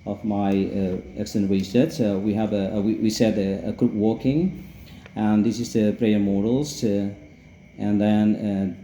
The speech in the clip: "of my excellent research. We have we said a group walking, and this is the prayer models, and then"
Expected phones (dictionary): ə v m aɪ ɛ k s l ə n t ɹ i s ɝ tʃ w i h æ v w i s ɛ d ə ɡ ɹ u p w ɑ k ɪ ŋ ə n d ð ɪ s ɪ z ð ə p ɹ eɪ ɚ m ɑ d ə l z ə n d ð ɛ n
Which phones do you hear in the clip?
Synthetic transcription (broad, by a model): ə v m aɪ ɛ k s ə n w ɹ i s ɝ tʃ w i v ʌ w w i s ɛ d ə ɡ ɹ u p w ɑ k ɪ ŋ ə n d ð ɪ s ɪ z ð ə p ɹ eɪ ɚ m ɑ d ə l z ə n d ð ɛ n